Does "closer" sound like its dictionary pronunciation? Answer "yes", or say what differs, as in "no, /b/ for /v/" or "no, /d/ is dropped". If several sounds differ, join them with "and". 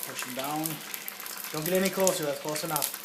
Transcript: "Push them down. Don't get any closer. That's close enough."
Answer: no, /l/ is dropped